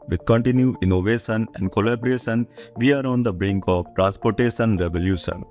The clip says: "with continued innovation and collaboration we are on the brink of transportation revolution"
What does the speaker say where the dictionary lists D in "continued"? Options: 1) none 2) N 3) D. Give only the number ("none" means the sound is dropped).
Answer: 1